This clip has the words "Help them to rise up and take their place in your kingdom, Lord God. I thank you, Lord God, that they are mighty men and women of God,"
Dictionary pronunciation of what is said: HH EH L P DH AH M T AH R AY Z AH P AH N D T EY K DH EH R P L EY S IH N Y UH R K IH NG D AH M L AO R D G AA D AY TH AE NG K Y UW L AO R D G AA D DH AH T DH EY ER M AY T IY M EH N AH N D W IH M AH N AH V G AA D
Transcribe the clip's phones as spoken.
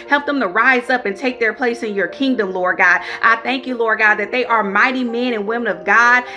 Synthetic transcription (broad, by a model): HH EH L P DH AH M T AH R AY Z AH P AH N T EY K DH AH R P L EY S IH N Y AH R K IH NG D AH M L AO R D G AA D AY TH AE NG K Y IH L AO R D G AA D DH AH T DH EY ER M AY T IY M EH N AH N W IH M AH N AH V G AA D